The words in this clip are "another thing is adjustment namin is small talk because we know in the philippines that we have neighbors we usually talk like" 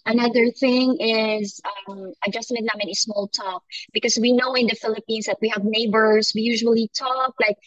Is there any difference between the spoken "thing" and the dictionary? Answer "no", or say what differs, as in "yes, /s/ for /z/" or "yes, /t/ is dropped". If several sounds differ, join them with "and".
no